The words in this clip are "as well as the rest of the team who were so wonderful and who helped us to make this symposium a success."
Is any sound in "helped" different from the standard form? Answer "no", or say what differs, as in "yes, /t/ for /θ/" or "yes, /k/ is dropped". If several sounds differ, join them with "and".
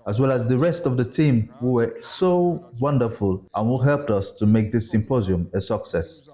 no